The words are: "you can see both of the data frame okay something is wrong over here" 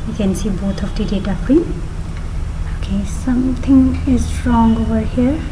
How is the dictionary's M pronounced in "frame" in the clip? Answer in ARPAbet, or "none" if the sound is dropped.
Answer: none